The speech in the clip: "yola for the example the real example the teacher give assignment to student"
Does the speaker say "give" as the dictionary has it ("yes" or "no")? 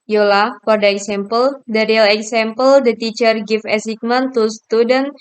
no